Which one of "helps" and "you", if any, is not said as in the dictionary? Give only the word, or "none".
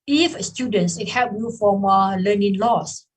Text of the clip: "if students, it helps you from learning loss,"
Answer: helps